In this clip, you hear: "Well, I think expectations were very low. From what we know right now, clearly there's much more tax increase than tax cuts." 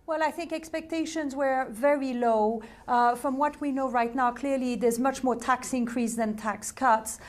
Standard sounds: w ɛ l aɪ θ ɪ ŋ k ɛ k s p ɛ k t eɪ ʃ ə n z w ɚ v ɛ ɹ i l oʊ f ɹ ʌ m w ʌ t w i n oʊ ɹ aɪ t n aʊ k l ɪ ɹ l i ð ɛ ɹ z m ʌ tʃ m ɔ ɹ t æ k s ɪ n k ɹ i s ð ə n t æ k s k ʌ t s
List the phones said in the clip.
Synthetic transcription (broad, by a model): w ɛ l aɪ θ ɪ ŋ k ɛ k s p ɛ k t eɪ ʃ ə n z w ɚ v ɛ ɹ i l oʊ f ɹ ʌ m w ʌ t w i n oʊ ɹ aɪ t n aʊ k l ɪ ɹ l i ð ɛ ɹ z m ʌ tʃ m ɔ ɹ t æ k s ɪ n k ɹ i s ð ə n t æ k s k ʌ t s